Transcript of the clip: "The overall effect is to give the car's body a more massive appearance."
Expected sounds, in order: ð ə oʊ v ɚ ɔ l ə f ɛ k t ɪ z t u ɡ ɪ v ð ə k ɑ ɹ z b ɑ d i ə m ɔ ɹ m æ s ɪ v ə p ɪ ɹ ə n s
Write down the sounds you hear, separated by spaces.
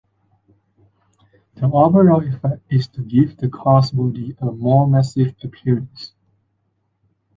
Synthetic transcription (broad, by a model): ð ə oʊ b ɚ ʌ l ə f ɛ k t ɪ s t u ɡ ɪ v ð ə k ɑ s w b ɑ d i ə m ɔ m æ s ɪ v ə p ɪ ɹ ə n s